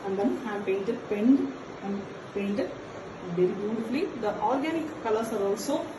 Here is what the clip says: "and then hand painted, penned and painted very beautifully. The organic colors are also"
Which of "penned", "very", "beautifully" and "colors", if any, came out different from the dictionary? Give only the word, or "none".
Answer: colors